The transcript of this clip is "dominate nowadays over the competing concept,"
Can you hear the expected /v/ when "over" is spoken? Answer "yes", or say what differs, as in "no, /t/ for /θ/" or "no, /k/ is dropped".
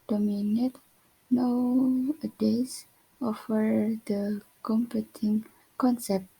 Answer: no, /f/ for /v/